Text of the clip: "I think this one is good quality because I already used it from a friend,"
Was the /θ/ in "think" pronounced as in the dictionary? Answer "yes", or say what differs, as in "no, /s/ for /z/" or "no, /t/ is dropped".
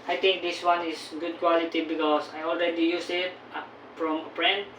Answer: no, /t/ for /θ/